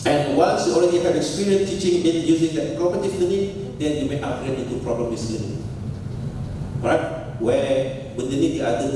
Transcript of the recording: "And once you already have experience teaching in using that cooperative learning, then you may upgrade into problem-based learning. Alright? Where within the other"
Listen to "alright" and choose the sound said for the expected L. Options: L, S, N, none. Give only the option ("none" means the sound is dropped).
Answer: none